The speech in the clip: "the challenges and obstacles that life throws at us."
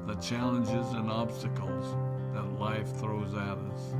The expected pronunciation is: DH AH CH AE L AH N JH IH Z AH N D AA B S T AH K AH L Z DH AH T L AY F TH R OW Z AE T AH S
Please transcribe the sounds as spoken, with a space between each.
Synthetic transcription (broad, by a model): DH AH CH AE L AH N JH IH Z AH N AA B S T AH K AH L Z DH AH T L AY F TH R OW Z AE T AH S